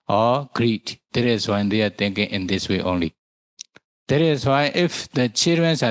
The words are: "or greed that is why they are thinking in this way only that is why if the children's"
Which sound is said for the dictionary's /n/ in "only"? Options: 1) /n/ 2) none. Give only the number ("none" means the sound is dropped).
1